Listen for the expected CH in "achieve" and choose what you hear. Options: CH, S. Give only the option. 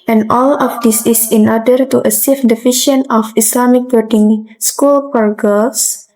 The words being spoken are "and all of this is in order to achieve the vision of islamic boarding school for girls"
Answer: S